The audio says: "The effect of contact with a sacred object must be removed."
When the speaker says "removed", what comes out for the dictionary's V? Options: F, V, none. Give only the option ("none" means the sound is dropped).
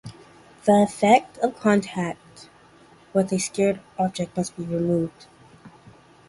V